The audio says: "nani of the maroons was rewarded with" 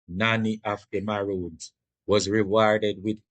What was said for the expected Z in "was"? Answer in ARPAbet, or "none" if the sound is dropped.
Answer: Z